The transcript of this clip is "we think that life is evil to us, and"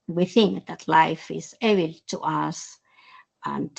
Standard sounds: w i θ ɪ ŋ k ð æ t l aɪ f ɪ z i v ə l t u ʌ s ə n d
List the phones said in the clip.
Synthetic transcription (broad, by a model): w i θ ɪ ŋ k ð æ t l aɪ f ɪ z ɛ b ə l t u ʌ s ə n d